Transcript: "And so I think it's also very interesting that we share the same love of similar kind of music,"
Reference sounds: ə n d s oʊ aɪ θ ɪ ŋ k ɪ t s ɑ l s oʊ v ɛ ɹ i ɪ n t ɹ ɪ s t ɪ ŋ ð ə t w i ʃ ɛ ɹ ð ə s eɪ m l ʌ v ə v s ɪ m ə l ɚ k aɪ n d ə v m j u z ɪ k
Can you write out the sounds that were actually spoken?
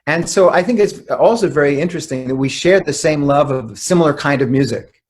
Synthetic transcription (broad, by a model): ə n s oʊ aɪ θ ɪ ŋ k ɪ t s ɑ l s oʊ v ɛ ɹ i ɪ n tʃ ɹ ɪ s t ɪ ŋ ð ə t w i ʃ ɛ ɹ ð ə s eɪ m l ʌ v ə v s ɪ m l ɚ k aɪ n d ə v m j u z ɪ k